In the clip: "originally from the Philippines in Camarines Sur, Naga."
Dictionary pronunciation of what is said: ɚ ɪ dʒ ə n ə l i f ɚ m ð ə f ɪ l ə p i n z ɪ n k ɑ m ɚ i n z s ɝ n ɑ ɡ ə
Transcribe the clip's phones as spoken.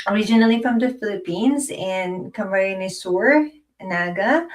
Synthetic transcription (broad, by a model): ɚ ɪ dʒ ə n l i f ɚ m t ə f ɪ l ə p i n z ɪ n k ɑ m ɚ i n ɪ s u n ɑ ɡ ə